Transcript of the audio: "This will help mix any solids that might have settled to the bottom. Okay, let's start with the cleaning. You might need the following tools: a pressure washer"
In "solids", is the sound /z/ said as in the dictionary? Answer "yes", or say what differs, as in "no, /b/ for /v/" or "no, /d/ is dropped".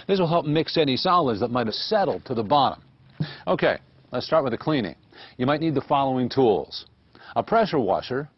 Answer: yes